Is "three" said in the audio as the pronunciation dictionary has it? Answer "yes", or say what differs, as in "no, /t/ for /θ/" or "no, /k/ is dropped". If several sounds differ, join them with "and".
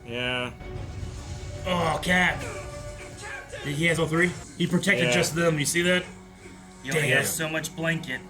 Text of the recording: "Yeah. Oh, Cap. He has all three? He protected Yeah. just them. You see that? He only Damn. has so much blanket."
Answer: yes